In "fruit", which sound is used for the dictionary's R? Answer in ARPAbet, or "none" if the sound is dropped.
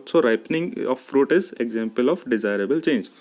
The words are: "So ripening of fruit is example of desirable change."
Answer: R